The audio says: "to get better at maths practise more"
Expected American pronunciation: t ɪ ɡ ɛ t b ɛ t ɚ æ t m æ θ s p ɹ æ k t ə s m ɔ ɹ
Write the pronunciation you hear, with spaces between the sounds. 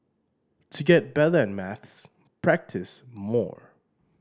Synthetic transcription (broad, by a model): t ɪ ɡ ɛ t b ɛ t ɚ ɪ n m æ θ s p ɹ æ k t ə s m ɔ ɹ